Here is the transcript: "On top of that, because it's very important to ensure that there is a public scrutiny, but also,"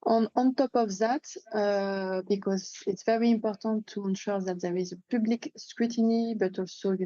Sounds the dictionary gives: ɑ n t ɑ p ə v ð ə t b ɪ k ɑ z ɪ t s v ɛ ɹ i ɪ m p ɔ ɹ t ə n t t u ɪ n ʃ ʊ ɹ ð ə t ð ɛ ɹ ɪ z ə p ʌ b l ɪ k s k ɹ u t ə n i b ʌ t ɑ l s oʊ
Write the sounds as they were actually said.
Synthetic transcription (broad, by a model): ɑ n t ɑ p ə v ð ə t b ɪ k ɑ z ɪ t s v ɛ ɹ i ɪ m p ɔ ɹ t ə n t t u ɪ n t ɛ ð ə t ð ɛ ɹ ɪ z ə p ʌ b l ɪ k s k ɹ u t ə n i b ʌ t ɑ l s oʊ